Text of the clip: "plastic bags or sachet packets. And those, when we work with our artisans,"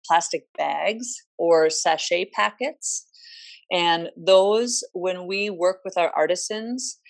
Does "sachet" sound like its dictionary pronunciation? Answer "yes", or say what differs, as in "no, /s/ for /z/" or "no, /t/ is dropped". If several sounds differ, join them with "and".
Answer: yes